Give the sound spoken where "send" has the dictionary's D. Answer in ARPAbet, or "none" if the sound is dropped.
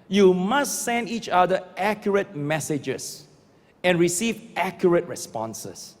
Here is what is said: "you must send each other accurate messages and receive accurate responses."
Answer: D